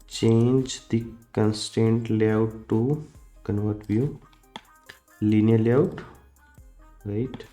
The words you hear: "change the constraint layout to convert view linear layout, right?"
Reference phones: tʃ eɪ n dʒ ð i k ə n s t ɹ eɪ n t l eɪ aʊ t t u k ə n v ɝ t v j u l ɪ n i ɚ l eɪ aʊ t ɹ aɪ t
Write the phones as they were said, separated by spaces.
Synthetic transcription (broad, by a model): tʃ eɪ n dʒ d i k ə n s t eɪ n t l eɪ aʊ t t u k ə n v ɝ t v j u l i n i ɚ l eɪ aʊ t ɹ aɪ t